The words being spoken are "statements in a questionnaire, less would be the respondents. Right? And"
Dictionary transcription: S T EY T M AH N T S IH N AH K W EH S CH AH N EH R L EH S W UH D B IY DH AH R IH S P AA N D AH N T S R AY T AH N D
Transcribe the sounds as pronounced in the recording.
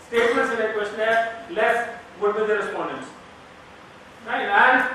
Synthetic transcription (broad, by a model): S T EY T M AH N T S IH N AH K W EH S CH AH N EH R L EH S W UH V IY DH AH R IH S P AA N D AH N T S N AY AH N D